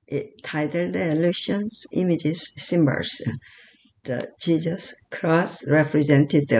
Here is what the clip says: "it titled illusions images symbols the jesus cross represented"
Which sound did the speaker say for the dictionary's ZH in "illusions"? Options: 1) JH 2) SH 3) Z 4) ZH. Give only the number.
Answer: 2